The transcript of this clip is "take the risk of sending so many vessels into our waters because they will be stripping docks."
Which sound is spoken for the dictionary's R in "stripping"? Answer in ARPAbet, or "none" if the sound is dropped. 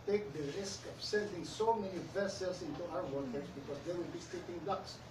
none